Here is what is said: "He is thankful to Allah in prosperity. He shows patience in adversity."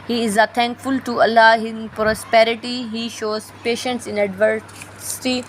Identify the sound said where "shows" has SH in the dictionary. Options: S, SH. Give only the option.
SH